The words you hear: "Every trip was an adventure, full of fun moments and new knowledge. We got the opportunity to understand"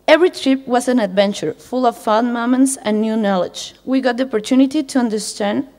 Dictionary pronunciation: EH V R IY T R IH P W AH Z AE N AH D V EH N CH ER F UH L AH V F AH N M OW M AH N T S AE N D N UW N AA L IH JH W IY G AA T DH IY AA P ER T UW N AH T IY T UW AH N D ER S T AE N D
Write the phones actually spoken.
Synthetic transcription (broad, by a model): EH V R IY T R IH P W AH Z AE N AH D V EH N CH ER F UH L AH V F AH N M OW M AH N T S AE N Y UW N AA L IH JH W IY G AA T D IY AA P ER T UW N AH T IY T UW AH N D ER S T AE N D